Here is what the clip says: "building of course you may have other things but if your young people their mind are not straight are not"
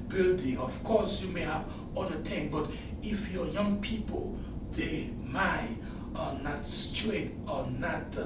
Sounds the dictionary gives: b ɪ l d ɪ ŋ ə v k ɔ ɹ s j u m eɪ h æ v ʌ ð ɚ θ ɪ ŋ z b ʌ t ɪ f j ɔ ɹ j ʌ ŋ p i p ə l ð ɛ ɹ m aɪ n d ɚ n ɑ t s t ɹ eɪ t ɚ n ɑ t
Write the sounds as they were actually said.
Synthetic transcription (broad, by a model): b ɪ l d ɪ ŋ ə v k ɔ ɹ s j u m eɪ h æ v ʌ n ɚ t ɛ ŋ b ʌ t ɪ f j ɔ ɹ j ʌ ŋ p i p ə l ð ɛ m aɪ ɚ n ɑ t s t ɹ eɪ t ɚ n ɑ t